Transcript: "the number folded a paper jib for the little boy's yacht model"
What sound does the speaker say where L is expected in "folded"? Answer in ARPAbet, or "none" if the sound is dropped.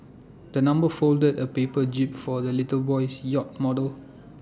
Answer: L